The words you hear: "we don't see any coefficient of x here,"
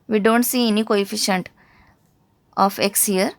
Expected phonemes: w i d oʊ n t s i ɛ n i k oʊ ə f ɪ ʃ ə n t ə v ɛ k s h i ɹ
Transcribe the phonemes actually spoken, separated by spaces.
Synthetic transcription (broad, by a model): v i d oʊ n t s i ɛ n i k oʊ ə f ɪ ʃ ə n t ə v ɛ k s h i ɹ